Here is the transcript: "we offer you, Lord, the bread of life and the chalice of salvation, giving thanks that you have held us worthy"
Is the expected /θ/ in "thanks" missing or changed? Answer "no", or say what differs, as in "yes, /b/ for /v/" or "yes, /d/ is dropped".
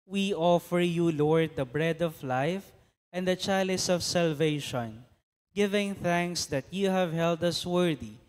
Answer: no